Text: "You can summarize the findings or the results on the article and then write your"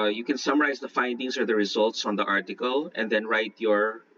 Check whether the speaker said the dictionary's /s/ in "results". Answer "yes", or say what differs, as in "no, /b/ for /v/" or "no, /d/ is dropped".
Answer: yes